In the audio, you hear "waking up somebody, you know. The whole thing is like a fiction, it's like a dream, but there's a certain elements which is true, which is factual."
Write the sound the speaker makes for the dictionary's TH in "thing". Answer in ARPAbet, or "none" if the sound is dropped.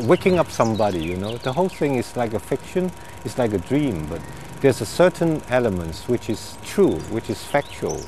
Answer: TH